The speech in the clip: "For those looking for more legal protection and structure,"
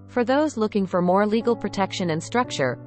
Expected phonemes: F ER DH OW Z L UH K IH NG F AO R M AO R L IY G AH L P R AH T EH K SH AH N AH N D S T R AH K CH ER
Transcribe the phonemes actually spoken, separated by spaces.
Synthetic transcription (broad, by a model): F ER DH OW Z L UH K IH NG F AO R M AO R L IY G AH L P R AH T EH K SH AH N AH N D S T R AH K CH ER